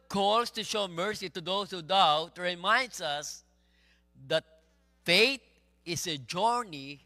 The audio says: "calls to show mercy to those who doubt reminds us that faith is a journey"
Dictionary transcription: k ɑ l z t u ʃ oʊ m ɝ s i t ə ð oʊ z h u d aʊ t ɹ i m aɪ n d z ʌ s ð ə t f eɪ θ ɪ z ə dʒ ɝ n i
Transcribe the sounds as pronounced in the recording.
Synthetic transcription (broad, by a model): k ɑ l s t u ʃ oʊ m ɝ s i t ə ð oʊ s h u d aʊ t ɹ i m aɪ n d s ʌ s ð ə t f eɪ t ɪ s ə dʒ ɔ n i